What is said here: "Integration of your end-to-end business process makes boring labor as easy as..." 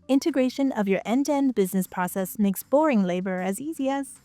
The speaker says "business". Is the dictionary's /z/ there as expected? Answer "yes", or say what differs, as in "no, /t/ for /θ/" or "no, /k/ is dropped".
yes